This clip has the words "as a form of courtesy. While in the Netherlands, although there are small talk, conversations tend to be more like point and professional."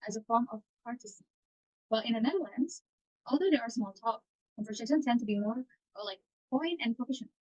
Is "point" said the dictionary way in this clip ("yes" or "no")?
no